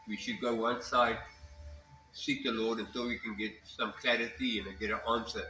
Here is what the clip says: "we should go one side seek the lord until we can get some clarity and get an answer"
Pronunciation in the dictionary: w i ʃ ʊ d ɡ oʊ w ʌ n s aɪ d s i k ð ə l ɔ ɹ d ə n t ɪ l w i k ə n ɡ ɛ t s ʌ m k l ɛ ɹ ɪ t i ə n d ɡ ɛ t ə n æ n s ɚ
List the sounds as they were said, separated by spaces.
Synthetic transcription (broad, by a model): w i ʃ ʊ d ɡ oʊ w ʌ n s aɪ d s i k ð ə l ɔ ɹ d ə n s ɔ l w i k ə n ɡ ɛ t s ʌ m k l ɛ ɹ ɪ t i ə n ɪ ɡ ɛ t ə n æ n s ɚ